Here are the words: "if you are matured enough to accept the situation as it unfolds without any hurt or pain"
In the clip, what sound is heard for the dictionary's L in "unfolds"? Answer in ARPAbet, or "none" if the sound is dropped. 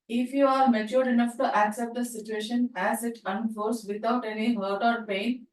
none